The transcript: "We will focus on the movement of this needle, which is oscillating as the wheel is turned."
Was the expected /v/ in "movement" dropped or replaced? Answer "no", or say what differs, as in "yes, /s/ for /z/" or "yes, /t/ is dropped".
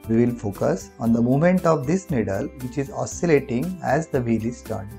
yes, /v/ is dropped